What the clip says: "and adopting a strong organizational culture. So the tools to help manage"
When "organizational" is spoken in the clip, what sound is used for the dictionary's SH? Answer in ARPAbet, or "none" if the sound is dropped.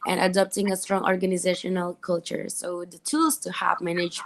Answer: SH